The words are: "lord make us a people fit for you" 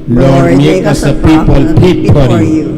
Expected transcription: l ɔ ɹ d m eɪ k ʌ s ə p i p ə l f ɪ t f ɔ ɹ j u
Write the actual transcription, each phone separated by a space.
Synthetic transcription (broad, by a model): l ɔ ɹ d m eɪ k ʌ s ə p i p ə l p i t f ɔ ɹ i